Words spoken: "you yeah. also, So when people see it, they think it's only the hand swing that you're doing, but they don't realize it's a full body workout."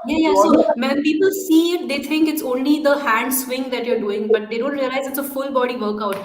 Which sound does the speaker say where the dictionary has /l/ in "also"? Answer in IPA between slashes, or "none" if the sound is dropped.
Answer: none